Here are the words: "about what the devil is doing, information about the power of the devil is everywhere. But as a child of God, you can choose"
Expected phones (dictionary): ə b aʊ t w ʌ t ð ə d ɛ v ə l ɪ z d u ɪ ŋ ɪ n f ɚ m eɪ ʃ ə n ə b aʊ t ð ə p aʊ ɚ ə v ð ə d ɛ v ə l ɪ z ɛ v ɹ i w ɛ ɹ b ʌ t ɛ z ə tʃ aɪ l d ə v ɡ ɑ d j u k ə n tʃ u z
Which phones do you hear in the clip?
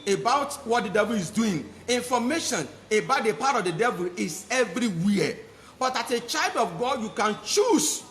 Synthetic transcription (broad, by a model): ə b aʊ t w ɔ t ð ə d ɛ v ə l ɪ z d u ɪ ŋ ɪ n f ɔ m eɪ ʃ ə n ə b aʊ t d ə p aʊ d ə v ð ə d ɛ v ə l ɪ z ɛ v ɹ i w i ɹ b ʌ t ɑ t ə tʃ aɪ l d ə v ɡ ɑ d j u k ə n tʃ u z